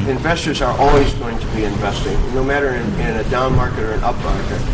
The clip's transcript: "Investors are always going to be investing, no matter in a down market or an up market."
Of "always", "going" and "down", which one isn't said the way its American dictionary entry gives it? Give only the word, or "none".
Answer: none